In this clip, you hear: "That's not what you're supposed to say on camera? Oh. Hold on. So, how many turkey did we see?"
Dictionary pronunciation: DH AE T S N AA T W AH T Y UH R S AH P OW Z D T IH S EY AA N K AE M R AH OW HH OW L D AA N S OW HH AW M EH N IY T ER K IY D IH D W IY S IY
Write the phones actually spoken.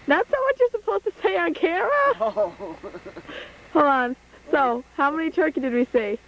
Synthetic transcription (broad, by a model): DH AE T S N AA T W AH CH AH R S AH P OW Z T IH S EY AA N K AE R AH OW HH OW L AA N S OW HH AW M EH N IY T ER K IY D IH D W IY S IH